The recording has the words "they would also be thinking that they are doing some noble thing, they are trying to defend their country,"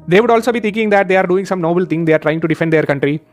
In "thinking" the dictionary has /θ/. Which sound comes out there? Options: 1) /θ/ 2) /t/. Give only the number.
2